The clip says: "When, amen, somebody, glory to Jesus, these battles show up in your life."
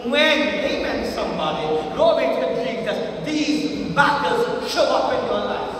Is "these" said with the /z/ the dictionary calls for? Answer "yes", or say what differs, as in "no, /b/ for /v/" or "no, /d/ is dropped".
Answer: yes